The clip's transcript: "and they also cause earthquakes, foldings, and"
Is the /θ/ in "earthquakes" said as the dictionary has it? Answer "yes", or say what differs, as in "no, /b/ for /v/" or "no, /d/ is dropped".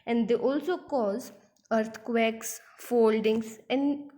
no, /t/ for /θ/